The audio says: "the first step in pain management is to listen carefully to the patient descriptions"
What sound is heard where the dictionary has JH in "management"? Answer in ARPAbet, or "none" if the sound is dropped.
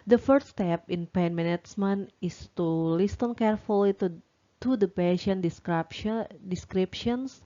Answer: CH